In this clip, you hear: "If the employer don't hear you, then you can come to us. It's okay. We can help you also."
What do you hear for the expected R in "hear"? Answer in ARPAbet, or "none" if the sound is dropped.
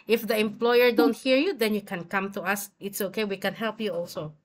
R